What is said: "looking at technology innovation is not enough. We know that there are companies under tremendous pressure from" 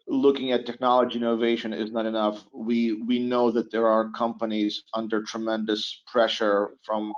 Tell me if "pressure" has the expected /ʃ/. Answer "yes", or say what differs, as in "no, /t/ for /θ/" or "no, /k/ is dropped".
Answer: yes